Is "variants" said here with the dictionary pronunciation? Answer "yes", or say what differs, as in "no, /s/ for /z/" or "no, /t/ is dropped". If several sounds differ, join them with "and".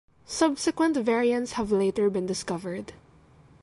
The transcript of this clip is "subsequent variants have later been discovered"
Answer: yes